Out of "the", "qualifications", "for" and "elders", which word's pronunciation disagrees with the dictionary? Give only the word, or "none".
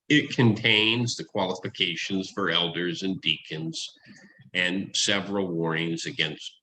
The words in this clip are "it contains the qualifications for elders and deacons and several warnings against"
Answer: none